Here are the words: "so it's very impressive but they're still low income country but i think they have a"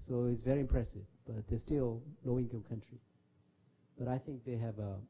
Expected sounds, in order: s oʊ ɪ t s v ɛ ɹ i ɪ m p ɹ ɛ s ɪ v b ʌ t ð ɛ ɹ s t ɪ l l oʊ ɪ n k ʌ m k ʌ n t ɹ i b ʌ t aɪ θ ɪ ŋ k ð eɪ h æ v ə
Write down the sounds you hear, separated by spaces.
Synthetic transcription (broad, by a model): s oʊ ɪ t s v ɛ ɹ i ɪ m p ɹ ɛ s ɪ v b ʌ t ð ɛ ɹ s t ɪ l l oʊ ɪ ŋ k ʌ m k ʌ n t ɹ i b ʌ t aɪ θ ɪ ŋ k ð eɪ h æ v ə